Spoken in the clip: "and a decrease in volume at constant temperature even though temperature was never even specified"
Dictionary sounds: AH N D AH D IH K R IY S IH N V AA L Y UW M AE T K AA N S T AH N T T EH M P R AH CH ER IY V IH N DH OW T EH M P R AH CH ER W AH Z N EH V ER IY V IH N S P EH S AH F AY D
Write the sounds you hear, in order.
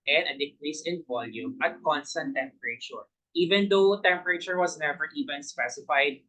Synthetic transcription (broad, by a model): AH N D AH D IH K R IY S IH N V AA L Y UW M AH T K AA N S T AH N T T EH M P R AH CH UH IY V IH N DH OW T EH M P R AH CH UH W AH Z N EH V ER IY V IH N S P EH S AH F AY D